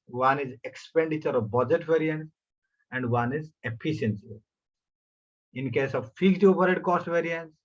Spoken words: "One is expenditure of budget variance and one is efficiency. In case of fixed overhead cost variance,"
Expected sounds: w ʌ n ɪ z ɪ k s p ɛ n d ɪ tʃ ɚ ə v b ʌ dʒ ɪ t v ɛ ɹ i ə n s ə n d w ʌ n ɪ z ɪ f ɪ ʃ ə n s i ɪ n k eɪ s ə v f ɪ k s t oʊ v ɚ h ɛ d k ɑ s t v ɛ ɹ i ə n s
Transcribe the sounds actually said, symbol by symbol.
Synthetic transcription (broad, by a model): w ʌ n ɪ z ɪ k s p ɛ n d ɪ tʃ ɚ ə v b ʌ dʒ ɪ t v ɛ ɹ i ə n s ə n d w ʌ n ɪ z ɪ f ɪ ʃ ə n s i ɪ n k eɪ s ə v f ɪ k t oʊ p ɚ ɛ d k ɑ s t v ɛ ɹ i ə n s